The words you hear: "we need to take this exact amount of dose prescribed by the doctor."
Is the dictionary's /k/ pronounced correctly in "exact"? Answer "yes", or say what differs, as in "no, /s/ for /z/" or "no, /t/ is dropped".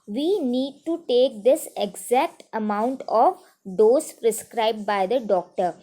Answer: yes